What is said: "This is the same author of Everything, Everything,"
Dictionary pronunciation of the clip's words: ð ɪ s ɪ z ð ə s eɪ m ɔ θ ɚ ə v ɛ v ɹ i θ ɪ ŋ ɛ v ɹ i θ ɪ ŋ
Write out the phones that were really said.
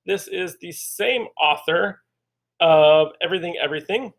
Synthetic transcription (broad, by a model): ð ɪ s ɪ z ð ə s eɪ m ɔ θ ɚ ə v ɛ v ɹ i θ ɪ ŋ ɛ v ɹ i θ ɪ ŋ